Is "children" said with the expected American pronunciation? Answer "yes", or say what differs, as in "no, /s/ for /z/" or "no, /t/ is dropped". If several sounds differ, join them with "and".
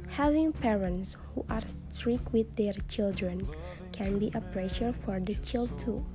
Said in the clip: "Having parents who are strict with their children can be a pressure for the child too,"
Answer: yes